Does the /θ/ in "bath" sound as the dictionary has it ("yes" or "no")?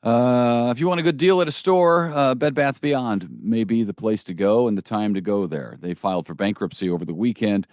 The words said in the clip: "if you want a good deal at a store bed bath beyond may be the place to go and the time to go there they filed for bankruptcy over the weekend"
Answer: yes